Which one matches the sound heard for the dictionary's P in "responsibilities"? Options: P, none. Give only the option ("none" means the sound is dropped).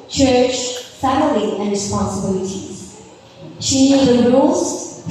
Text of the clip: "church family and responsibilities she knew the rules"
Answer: P